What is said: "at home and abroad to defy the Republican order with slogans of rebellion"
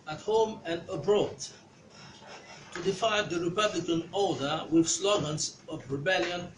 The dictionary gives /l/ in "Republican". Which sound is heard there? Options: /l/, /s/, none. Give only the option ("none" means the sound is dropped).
/l/